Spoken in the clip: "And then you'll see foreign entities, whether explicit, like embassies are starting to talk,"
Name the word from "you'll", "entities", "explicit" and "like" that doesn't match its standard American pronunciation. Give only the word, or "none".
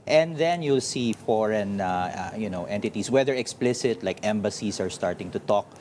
entities